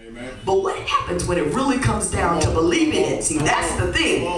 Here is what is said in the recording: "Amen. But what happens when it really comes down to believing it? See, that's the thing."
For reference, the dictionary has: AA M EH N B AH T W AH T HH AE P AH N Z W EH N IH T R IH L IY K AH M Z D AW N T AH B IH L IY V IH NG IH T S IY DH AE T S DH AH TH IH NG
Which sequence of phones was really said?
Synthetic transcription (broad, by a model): B AH T W AH T HH AE P AH N Z W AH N IH T R IH L IY K AH M Z D AW N T AH B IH L IY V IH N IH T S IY DH AE T S DH AH TH IH NG